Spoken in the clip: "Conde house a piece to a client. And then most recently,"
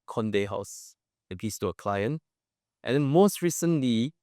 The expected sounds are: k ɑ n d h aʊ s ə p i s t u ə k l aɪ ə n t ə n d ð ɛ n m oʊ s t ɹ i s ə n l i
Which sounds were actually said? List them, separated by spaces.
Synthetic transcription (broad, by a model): k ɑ n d h aʊ s ə b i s t u ə k l aɪ ə n t ə n d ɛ n m oʊ s t ɹ i s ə n l i